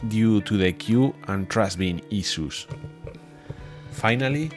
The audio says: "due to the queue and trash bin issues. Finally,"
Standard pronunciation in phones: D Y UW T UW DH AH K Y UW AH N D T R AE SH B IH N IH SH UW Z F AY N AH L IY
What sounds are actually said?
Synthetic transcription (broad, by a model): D Y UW T UW DH AH K Y UW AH N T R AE S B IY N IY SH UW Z F AY N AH L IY